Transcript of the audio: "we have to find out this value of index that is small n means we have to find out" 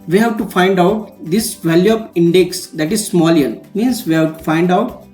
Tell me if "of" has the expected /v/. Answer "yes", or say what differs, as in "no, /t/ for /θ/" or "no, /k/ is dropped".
no, /p/ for /v/